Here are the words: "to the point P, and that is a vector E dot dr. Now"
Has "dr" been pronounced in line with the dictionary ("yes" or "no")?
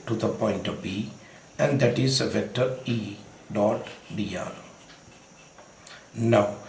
no